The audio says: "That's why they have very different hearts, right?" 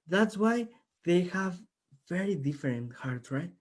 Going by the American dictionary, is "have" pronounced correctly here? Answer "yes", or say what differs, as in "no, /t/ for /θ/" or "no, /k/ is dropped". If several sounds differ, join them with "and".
yes